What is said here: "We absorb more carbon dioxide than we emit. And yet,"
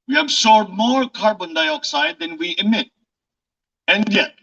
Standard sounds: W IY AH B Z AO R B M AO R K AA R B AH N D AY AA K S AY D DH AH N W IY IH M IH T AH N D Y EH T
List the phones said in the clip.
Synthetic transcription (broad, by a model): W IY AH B S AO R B M AO R K AA R B AH N D AY AA K S AY D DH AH N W IY IH M IH T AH N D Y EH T